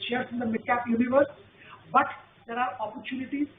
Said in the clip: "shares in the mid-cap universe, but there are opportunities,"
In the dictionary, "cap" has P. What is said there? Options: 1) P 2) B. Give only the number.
1